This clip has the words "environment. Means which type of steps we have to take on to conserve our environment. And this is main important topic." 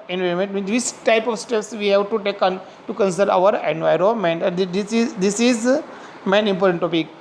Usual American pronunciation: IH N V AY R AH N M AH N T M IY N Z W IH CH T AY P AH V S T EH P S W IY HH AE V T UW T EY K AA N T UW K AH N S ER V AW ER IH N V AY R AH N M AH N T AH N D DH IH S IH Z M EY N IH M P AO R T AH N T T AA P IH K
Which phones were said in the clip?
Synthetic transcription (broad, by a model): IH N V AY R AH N M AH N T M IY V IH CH T AY P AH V S T EH P S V IY HH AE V T UW T EY K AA N T UW K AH N S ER AW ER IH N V AY R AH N M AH N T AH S D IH S IH Z M EY N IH M P AO R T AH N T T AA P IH K